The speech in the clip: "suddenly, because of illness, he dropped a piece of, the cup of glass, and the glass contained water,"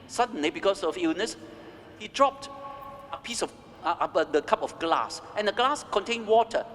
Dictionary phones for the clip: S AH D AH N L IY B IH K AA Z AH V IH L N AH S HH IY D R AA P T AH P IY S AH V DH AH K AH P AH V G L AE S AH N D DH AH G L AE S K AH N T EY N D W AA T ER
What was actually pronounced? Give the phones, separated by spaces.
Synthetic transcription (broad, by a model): S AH D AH N L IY B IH K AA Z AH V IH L N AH S HH IY D R AA P T AH P IY S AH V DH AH K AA P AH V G L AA S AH N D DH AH G L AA S K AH N T EY N W AA T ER